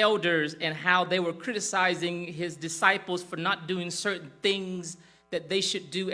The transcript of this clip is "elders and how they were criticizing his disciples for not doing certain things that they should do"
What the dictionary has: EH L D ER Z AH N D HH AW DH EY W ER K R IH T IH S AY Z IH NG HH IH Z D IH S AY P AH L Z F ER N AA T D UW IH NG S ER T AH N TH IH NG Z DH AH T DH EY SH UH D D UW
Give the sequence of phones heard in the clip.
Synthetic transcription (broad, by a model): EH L D ER Z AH N HH AW DH EY W ER K R IH T IH S AY Z IH NG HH IH Z D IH S AY P L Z F ER N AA T D UW IH NG S ER T N TH IH NG Z DH AH T DH EY SH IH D D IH